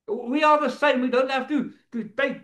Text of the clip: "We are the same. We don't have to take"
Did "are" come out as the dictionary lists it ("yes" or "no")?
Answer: no